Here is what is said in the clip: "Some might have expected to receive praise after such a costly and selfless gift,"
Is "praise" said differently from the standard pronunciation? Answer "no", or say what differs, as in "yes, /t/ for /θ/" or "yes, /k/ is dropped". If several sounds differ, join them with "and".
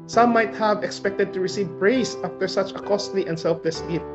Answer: yes, /b/ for /p/ and /s/ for /z/